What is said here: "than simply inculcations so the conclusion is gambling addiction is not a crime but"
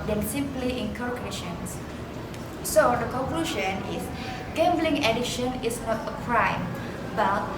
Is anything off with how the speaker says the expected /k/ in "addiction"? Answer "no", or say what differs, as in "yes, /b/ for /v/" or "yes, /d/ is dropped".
yes, /k/ is dropped